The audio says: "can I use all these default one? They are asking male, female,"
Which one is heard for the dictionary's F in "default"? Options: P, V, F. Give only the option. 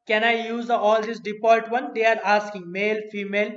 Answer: P